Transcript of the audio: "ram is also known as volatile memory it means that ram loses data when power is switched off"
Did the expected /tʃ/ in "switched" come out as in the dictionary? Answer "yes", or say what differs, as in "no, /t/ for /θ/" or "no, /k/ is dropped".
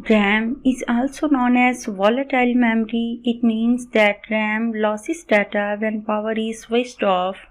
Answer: no, /s/ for /tʃ/